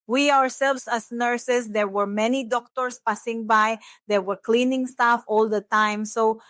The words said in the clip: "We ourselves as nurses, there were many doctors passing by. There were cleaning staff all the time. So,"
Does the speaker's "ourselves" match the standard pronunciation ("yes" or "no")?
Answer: no